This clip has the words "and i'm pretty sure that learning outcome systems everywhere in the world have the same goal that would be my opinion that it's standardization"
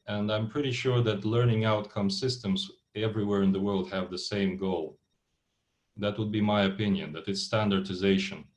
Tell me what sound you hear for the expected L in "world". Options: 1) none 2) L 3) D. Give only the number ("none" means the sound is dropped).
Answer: 2